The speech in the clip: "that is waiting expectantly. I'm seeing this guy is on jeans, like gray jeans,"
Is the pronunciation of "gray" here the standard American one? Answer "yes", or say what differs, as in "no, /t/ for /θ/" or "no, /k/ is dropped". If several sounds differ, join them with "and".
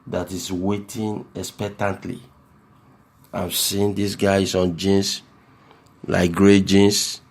yes